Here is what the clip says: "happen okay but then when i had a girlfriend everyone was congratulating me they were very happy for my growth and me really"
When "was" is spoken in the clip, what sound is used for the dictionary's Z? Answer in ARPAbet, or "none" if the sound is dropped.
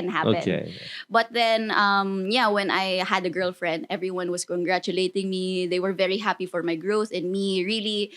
S